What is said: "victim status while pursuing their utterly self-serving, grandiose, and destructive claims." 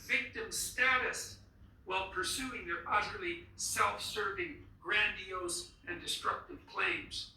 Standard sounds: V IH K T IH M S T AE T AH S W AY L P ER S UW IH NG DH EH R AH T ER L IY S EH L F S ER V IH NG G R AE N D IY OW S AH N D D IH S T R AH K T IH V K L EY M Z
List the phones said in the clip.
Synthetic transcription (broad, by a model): V IH K T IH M S T AE T AH S W AY L P ER S UW IH NG DH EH R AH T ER L IY S EH L F S ER V IH NG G R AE N D IY OW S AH N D D IH S T R AH K T IH V K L EY M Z